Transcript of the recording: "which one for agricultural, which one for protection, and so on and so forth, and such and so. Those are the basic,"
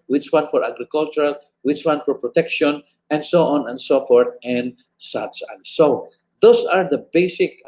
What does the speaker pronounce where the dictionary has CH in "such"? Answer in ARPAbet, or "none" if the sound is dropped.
S